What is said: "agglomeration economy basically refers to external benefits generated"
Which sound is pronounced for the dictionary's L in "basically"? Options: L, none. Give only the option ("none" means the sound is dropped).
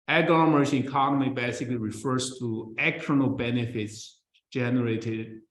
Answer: L